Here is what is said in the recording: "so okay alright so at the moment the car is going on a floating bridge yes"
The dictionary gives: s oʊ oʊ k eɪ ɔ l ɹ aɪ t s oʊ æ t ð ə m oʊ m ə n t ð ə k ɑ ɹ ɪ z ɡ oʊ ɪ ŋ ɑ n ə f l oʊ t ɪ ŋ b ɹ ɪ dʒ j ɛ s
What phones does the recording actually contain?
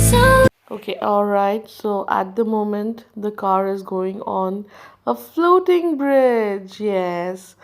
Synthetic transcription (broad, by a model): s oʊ oʊ k eɪ ɔ l ɹ aɪ t s oʊ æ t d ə m oʊ m ə n t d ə k ɑ ɹ ɪ z ɡ oʊ ɪ ŋ ɑ n ə f l oʊ t ɪ ŋ b ɹ ɪ dʒ j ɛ s